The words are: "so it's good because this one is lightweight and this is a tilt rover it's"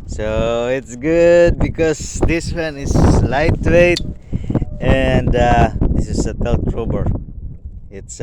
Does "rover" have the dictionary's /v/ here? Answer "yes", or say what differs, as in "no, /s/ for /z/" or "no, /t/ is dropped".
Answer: no, /b/ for /v/